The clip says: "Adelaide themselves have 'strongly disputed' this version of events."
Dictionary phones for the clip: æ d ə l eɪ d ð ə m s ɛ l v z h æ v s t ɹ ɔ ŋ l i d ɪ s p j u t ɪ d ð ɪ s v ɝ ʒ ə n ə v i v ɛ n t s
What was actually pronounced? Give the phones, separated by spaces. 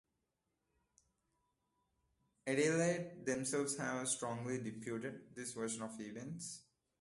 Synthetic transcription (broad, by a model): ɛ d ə l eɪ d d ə m s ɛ l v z h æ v s t ɹ ɔ ŋ l i d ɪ p j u t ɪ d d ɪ s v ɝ ʃ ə n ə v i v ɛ n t s